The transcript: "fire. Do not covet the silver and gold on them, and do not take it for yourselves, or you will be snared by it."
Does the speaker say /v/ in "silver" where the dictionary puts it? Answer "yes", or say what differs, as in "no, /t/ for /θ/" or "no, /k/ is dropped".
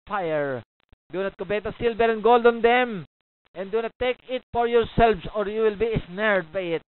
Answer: no, /b/ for /v/